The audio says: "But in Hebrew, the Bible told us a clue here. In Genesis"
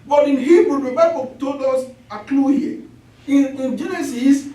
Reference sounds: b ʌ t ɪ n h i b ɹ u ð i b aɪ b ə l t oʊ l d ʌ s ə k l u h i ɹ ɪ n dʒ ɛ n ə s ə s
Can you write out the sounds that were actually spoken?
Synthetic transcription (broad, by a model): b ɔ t ɪ n h i b ɹ u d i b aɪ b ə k t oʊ d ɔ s ə k l u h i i ɪ n dʒ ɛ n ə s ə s